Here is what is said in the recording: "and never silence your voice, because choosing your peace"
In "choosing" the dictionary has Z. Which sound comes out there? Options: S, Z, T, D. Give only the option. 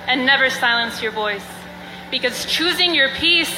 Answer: Z